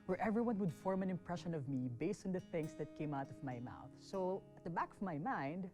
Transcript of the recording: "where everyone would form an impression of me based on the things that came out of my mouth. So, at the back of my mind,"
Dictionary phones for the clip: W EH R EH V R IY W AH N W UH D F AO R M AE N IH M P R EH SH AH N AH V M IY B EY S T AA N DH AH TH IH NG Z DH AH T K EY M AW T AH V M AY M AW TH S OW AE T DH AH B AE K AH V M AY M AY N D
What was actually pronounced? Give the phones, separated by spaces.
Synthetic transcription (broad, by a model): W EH R EH V R IY W AH N W UH D F AO R M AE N IH M P R EH SH AH N AH V M IY B EY S T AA N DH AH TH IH NG S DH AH T K EY M AW T AH V M AY M AW TH S OW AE T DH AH B AE K AH V M AY M AY N D